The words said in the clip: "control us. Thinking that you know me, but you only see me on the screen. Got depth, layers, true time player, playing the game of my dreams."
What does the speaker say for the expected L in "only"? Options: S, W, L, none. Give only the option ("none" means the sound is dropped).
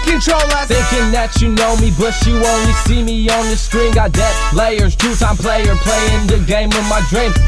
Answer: none